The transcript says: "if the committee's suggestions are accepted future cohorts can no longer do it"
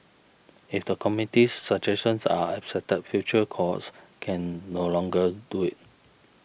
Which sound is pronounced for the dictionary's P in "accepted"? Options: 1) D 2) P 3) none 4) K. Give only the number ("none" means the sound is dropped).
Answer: 3